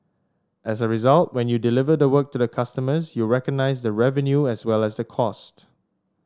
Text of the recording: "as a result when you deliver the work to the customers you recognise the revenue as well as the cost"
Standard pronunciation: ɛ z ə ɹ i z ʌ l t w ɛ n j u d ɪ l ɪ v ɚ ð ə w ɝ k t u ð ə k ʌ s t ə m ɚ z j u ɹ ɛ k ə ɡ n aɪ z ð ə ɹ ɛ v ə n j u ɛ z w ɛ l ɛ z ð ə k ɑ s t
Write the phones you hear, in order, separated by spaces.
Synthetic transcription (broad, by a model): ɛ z ə ɹ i z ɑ l t w ɛ n j u d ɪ l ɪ v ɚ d ə w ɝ k t u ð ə k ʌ s t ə m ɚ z j u ɹ ɛ k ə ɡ n aɪ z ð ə ɹ ɛ v ə n j u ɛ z w ɛ l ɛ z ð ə k ɑ s t